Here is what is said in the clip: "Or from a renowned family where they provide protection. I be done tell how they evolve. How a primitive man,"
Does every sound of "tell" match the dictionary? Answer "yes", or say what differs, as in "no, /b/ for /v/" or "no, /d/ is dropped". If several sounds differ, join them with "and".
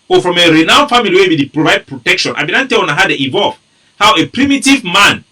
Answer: no, /n/ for /l/